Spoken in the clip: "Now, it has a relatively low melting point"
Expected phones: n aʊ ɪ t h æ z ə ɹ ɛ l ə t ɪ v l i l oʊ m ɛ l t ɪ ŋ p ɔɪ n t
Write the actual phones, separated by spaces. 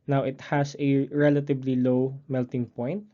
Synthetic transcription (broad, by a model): n aʊ ɪ t h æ s ə ɹ ɛ l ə t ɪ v l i l oʊ m ɛ l t ɪ ŋ p ɔɪ n t